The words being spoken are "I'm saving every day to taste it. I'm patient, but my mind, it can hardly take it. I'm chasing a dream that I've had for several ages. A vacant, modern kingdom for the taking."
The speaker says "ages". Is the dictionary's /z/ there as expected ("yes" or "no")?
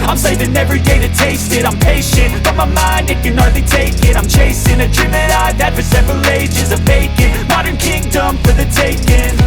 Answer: yes